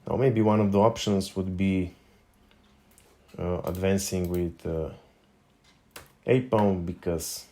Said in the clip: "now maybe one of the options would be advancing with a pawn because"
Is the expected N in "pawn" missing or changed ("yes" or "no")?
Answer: yes